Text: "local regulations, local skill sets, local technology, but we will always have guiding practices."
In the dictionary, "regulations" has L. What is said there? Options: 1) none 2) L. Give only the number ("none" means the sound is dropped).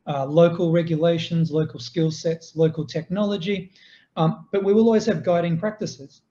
2